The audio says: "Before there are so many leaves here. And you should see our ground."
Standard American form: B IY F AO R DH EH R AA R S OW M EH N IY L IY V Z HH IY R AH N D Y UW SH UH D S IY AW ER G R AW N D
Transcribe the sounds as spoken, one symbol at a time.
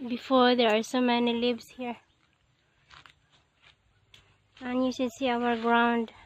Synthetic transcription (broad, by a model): B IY F AO R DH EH R AA R S OW M EH N IY L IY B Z HH IY R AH N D Y UW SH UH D S IY AW ER G R AW N D